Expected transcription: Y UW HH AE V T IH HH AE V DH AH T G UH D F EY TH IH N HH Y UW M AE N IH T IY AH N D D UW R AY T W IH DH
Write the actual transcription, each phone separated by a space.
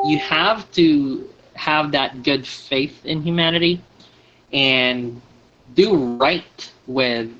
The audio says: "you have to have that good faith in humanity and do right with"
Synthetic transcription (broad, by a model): Y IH HH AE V T IH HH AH V DH AH T G UH D F EY TH IH N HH Y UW M AE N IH T IY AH N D D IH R AY T W IH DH